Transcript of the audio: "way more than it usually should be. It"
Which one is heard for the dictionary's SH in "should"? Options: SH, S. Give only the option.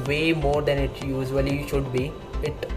SH